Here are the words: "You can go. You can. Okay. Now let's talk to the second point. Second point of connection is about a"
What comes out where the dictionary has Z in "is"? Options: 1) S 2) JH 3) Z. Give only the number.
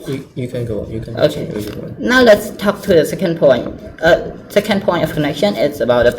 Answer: 1